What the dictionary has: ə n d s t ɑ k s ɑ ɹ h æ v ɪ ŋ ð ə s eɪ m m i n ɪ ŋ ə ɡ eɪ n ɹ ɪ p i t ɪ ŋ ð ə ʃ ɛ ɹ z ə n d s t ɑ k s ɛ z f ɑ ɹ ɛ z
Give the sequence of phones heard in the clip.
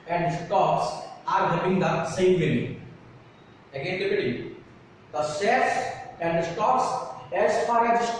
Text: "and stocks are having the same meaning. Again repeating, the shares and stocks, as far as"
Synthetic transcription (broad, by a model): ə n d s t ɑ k s ɑ ɹ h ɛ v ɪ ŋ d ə s eɪ m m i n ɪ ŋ ə ɡ eɪ n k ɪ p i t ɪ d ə s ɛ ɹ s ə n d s t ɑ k s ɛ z f ɑ ɹ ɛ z